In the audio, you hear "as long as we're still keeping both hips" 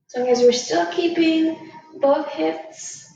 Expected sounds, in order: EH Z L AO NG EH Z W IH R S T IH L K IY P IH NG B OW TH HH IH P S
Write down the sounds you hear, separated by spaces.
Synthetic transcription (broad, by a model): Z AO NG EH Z W IH R S T IH L K IY P IH NG B OW TH HH IH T S